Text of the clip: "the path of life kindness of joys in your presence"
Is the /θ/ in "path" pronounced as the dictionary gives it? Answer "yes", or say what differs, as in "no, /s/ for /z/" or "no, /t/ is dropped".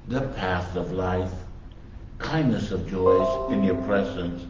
yes